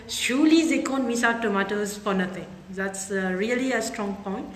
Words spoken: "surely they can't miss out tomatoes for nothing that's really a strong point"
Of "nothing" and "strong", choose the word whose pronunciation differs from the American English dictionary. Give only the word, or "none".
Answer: nothing